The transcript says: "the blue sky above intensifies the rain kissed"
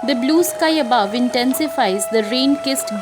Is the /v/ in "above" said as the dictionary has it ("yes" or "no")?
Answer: yes